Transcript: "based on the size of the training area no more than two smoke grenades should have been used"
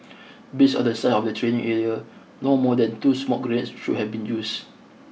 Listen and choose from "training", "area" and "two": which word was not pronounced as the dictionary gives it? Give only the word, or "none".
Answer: none